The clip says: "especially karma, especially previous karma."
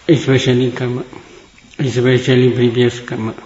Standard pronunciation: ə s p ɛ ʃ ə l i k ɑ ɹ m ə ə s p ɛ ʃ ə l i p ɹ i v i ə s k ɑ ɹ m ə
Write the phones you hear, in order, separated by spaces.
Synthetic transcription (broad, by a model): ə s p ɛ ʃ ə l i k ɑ m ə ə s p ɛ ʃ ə l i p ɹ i b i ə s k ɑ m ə